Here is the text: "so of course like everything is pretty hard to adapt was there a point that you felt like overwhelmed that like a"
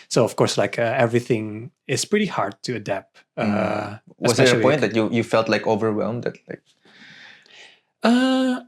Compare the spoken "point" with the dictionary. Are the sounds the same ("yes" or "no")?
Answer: no